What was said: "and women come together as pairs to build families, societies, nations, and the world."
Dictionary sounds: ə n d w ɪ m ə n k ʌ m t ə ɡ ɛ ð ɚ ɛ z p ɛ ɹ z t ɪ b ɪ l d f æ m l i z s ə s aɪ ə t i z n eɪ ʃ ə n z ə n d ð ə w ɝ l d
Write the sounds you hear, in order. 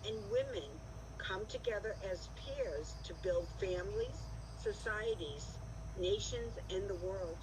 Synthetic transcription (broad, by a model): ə n w ɪ m ə n k ʌ m t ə ɡ ɛ ð ɚ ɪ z p ɛ ɹ z t ɪ b ɪ l d f æ m l i z s ə s aɪ ə t i z n eɪ ʃ ə n z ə n ð ə w ɝ l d